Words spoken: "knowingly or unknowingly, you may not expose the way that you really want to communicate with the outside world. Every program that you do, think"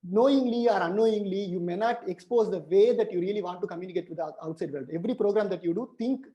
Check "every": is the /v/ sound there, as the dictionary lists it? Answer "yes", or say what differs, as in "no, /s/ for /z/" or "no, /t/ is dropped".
yes